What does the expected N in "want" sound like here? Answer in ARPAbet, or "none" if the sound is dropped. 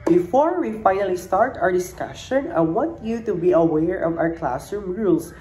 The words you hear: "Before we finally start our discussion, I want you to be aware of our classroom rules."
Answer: none